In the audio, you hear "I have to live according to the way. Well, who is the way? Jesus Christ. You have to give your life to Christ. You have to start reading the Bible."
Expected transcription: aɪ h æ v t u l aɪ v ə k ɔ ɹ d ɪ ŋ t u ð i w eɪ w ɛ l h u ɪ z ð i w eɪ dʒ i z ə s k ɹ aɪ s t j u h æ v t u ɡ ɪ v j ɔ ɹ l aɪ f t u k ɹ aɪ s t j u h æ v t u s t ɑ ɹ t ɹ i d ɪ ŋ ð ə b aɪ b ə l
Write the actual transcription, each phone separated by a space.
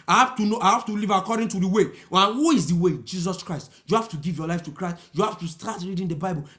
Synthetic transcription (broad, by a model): aɪ h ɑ f t u n aɪ v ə k ɔ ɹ d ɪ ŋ t u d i w eɪ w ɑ n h u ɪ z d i w eɪ dʒ i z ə s k ɹ aɪ s t j u h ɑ f t u ɡ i v j ɔ l aɪ f t u k ɹ aɪ s t j u h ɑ f t u s t ɑ t ɹ i d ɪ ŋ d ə b aɪ b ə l